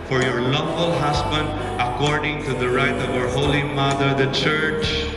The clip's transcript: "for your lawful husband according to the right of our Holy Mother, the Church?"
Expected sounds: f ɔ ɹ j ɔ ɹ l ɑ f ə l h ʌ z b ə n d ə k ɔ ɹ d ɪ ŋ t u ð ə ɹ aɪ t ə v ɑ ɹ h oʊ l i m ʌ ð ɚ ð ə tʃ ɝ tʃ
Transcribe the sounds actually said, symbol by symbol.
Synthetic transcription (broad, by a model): f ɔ ɹ j ɔ ɹ l ɑ f ə l h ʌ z b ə n d ə k ɔ ɹ d ɪ ŋ t u ð ə ɹ aɪ t ə v ɑ ɹ h oʊ l i m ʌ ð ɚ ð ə tʃ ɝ tʃ